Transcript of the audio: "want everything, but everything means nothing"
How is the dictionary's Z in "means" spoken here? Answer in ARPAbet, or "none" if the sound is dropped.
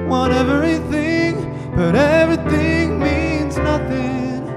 Z